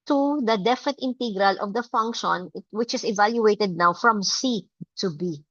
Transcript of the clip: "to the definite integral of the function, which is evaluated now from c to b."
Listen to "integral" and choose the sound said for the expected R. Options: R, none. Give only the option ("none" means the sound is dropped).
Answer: R